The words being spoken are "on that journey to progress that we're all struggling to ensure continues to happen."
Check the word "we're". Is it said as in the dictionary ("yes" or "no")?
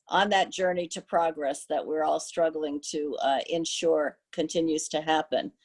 yes